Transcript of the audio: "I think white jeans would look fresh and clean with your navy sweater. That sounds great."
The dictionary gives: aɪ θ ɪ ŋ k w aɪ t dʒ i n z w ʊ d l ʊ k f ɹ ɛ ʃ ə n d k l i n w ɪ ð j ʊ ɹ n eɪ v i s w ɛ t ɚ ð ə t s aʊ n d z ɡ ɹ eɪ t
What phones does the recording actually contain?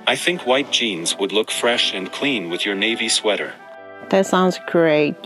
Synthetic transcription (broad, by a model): aɪ θ ɪ ŋ k w aɪ t dʒ i n z w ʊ d l ʊ k f ɹ ɛ ʃ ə n k l i n w ɪ ð j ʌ ɹ n eɪ v i s w ɛ t ɚ ð ə t s aʊ n d z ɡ ɹ eɪ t